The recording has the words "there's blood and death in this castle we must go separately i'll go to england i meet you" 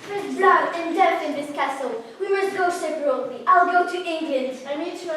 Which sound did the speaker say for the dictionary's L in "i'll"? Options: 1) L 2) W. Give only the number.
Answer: 1